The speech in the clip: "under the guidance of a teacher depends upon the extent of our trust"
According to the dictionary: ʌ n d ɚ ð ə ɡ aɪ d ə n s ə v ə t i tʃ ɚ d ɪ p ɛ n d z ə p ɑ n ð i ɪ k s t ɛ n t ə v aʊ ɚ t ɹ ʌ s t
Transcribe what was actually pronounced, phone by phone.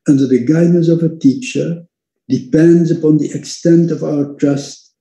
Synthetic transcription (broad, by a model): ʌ n d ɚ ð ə ɡ aɪ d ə s ə v ə t i tʃ ɚ d ɪ p ɛ n d z ə p ɑ n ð i ɪ k s t ɛ n t ə v aʊ ɚ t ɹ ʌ s t